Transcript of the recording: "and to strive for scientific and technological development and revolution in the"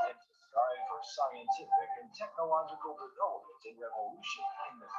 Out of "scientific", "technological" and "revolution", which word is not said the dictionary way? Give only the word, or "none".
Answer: none